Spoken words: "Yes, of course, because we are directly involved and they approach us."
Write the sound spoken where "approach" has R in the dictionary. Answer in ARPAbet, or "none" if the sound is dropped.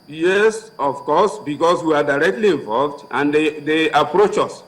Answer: R